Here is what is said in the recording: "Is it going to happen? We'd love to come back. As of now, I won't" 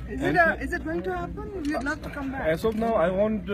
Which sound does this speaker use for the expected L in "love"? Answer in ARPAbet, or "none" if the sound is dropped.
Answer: N